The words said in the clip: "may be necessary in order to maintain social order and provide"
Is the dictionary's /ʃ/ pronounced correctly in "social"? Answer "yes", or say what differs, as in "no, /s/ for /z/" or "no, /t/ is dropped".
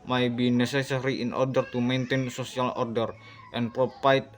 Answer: no, /s/ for /ʃ/